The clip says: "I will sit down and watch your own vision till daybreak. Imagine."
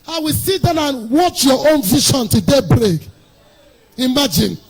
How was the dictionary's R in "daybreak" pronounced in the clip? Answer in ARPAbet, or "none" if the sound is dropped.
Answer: R